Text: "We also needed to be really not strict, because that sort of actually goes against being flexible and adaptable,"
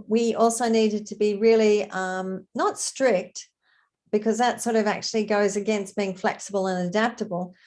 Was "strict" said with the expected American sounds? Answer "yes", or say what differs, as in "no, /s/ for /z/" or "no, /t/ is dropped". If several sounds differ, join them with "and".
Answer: yes